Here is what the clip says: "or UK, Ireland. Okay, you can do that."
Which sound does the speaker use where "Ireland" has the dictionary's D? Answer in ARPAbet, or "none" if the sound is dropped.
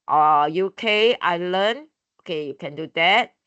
none